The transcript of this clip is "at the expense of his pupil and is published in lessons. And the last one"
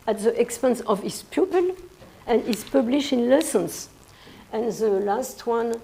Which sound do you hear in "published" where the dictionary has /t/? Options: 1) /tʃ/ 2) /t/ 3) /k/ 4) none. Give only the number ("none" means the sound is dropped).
2